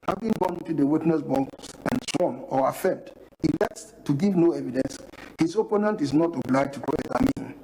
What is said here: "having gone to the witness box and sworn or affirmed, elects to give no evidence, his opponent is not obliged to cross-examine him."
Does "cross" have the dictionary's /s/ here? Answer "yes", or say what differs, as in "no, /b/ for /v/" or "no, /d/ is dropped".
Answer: no, /s/ is dropped